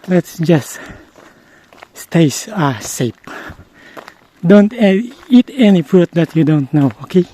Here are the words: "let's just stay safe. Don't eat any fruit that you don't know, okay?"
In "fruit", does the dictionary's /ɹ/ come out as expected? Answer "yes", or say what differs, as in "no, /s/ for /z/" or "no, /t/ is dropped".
no, /ɹ/ is dropped